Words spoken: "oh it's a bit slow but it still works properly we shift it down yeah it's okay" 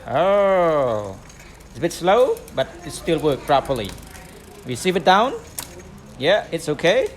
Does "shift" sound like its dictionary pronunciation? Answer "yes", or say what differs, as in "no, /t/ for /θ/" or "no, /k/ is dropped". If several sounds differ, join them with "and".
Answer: no, /s/ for /ʃ/